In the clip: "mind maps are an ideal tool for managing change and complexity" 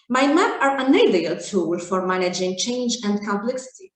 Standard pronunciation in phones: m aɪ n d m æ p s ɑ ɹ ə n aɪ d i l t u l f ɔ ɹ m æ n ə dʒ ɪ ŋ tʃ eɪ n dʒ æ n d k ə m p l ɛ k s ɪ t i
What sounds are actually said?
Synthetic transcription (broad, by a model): m aɪ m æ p ɑ ɹ ə n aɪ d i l t u l f ɔ ɹ m æ n ə dʒ ɪ ŋ tʃ eɪ n dʒ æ n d k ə m p l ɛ k s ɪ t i